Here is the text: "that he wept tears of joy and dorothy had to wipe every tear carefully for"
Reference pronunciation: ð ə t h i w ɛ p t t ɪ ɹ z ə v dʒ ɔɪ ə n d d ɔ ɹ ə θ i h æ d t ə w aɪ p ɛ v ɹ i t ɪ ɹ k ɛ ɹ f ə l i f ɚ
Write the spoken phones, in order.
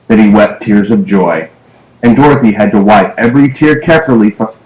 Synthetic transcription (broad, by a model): ð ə t h i w ɛ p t t ɪ ɹ z ə v dʒ ɔɪ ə n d d ɔ ɹ ə θ i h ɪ d t ə w aɪ p ɛ v ɹ i t ɪ ɹ k ɛ ɹ f l i f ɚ